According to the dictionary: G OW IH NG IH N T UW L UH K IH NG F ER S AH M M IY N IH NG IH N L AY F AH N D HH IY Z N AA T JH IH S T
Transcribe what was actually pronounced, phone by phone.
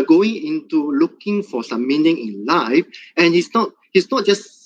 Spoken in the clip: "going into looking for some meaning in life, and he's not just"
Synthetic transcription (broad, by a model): G OW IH NG IH N T UW L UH K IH NG F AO S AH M M IY N IH NG IH N L AY F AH N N HH IY S N AA T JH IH S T